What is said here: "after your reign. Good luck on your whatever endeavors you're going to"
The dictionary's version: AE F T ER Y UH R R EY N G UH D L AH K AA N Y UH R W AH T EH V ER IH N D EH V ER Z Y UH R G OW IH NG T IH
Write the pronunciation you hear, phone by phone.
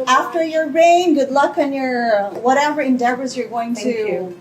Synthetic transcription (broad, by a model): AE F T ER Y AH R R EY N G UH D L AH K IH N Y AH R W AH T EH V ER IH N D EH V ER Z Y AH R G OW IH NG T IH